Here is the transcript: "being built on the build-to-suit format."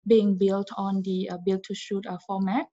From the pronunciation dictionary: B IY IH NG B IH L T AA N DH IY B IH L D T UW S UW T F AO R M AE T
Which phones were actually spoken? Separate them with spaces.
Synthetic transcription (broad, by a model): B IY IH NG B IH L T AA N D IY B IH L T UW SH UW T F AO M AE T